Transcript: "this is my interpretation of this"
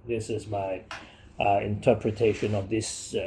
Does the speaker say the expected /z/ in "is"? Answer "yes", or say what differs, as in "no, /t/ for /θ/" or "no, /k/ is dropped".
yes